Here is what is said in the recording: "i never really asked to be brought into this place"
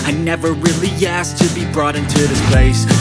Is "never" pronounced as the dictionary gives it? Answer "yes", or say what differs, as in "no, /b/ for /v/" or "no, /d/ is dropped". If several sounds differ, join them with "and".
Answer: yes